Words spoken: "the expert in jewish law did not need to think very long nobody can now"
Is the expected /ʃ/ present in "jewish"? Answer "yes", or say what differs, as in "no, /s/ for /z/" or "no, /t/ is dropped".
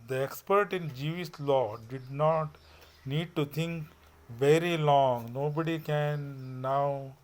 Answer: no, /s/ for /ʃ/